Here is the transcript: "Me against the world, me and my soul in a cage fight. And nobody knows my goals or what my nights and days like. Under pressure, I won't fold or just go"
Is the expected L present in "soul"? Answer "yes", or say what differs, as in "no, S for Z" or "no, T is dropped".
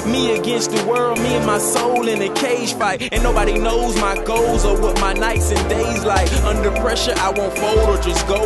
yes